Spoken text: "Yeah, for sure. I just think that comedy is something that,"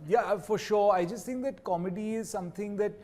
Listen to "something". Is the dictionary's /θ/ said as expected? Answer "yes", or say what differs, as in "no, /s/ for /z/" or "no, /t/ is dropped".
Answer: no, /t/ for /θ/